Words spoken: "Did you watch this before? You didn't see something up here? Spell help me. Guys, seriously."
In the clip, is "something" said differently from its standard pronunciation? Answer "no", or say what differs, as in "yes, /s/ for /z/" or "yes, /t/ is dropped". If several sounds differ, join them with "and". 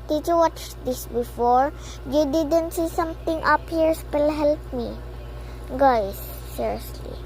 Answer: yes, /t/ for /θ/